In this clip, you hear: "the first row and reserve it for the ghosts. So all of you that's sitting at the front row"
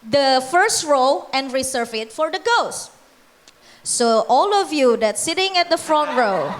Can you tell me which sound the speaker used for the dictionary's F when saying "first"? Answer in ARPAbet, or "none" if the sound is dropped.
F